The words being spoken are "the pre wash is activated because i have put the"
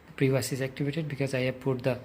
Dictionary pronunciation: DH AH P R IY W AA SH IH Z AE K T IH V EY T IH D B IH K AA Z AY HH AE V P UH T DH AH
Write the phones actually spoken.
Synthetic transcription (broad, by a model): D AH P R IY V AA S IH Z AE K T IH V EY T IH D B IH K AA Z AY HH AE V P UH T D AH